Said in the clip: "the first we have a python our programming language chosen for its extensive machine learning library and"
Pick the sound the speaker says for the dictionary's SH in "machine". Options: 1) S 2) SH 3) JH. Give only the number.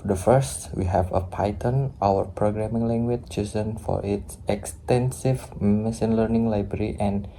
1